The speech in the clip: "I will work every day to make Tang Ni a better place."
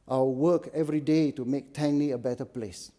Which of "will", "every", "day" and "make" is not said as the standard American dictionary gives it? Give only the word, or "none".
will